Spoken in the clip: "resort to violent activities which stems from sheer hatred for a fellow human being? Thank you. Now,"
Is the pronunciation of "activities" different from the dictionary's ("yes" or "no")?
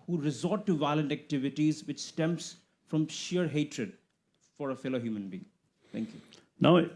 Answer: no